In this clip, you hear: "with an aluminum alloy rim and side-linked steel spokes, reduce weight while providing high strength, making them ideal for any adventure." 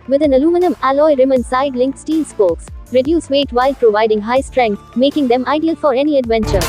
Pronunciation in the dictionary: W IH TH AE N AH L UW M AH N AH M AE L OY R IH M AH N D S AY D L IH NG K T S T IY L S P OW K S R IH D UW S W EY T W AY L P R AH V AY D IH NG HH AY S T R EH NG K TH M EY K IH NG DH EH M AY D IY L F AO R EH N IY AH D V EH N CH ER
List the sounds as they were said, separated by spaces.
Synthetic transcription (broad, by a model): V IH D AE N AH L UW M AH N AH M AE L OY R IH M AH N S AY D L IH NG K S T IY N S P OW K S R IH D UW S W EY T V AY L P R AH V AY D IH NG HH AY S T R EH NG K T M EY K IH NG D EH M AY D IY L F AO R EH N IY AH D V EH N CH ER